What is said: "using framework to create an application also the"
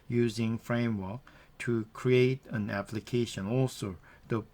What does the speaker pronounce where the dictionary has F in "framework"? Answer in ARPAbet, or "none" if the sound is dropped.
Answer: F